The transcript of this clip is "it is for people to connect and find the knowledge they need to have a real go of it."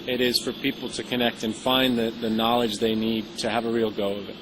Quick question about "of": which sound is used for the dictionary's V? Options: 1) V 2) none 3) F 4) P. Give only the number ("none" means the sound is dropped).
1